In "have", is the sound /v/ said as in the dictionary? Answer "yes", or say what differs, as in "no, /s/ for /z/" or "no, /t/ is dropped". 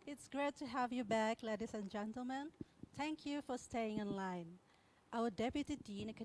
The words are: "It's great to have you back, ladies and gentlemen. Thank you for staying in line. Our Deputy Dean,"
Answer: yes